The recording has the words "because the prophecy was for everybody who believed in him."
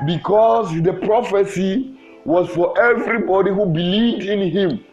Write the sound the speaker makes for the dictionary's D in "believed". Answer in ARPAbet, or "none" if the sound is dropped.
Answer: D